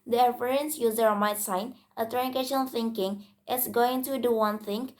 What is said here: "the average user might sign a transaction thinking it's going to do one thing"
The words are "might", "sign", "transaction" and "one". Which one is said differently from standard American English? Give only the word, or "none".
transaction